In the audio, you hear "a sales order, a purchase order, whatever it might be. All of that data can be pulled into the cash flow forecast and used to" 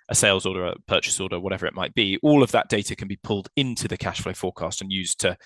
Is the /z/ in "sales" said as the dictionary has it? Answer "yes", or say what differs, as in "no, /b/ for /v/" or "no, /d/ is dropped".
yes